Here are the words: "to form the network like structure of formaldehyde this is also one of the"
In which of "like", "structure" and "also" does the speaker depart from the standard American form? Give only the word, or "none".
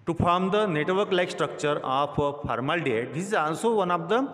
also